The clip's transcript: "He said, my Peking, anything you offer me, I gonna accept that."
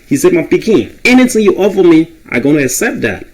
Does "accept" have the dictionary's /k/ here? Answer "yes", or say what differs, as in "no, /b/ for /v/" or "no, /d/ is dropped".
yes